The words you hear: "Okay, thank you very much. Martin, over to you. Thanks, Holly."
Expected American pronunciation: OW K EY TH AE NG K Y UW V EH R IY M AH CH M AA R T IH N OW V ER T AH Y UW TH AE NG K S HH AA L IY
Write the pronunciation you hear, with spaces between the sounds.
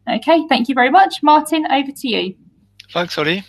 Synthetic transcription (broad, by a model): OW K EY TH AE NG K Y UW V EH R IY M AH CH M AA T IH N OW V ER T AH Y UW F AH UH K S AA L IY